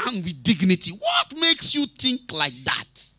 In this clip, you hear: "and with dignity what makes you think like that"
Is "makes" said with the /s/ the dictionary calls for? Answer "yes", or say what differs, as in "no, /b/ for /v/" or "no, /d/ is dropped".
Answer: yes